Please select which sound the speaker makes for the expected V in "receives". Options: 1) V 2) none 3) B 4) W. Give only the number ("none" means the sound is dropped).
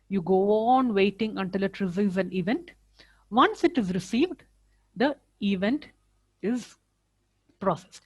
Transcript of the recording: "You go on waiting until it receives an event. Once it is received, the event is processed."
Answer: 2